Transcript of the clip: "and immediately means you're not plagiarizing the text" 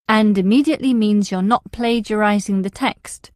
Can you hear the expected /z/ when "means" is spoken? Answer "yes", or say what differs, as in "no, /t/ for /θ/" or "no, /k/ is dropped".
yes